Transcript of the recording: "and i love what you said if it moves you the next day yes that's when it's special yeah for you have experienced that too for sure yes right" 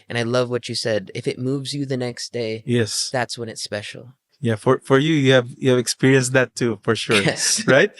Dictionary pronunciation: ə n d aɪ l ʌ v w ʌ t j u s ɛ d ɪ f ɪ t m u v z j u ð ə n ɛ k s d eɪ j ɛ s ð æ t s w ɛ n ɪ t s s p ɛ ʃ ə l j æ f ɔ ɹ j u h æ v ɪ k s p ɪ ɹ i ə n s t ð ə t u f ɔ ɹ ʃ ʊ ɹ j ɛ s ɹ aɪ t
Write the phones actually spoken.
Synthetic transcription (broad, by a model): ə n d aɪ l ʌ v w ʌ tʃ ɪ s ɛ d ɪ f ɪ t m u v z j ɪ ð ə n ɛ k s d eɪ j ɛ s ð æ t s w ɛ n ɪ t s s p ɛ ʃ l j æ f ɔ ɹ j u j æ v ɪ k s p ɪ ɹ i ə n s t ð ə t u f ɔ ɹ ʃ ʊ ɹ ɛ s ɹ aɪ t